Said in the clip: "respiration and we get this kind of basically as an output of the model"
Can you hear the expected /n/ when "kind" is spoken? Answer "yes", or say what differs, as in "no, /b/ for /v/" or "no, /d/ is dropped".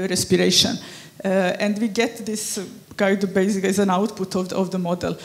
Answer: no, /n/ is dropped